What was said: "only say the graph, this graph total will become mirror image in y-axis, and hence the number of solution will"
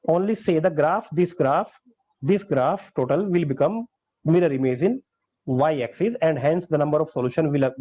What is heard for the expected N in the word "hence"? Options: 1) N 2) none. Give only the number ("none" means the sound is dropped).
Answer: 1